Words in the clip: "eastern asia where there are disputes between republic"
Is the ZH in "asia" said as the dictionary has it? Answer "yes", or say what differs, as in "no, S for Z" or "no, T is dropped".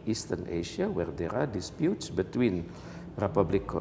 no, SH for ZH